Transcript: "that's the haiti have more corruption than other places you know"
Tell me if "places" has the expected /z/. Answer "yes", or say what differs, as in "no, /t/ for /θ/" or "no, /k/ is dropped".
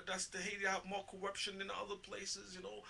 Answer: yes